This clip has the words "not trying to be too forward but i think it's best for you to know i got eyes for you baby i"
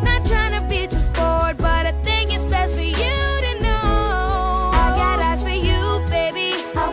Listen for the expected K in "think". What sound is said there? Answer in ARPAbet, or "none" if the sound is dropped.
none